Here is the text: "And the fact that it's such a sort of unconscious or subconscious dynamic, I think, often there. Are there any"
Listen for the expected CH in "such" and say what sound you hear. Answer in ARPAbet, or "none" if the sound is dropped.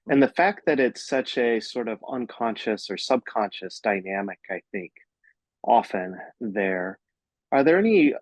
CH